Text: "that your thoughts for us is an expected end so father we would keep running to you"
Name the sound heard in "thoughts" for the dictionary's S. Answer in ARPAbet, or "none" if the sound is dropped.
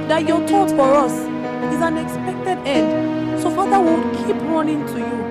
none